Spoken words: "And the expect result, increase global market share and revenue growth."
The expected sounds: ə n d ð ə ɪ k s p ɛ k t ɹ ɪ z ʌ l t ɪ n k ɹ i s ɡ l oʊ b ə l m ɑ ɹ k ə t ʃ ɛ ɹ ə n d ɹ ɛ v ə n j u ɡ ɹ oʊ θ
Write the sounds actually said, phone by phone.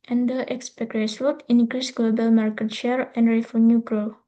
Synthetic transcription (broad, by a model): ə n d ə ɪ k s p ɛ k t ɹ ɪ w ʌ t ɪ n k ɹ i s ɡ l oʊ b ə l m ɑ ɹ k ə t ʃ ɛ ɹ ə n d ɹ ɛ f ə n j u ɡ ɹ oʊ